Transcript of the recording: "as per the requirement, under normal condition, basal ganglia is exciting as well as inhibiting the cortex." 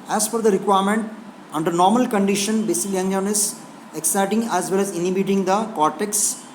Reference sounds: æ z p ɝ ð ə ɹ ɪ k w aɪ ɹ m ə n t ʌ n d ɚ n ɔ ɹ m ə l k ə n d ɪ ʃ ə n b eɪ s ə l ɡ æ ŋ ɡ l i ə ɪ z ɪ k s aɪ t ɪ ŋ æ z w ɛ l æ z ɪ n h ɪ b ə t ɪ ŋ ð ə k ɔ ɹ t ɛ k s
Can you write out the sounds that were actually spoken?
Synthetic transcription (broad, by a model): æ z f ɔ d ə ɹ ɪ k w aɪ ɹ m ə n t ʌ n d ɚ n ɔ ɹ m ə l k ə n d ɪ ʃ ə n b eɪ s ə l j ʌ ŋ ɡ n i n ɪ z ɪ k s aɪ t ɪ ŋ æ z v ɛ l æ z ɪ n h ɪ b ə t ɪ ŋ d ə k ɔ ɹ t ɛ k s